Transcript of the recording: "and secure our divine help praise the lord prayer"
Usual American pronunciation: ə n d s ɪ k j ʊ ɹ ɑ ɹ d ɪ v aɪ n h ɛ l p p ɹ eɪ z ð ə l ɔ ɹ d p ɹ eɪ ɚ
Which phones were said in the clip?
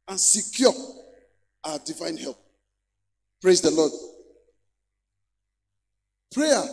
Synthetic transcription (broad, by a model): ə n s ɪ k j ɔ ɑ d ɪ v aɪ n h ɛ l p p ɹ eɪ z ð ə l ɔ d p ɹ eɪ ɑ